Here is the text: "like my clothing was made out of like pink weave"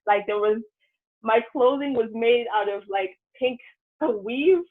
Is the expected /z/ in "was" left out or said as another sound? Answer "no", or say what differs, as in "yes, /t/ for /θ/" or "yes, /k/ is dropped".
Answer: no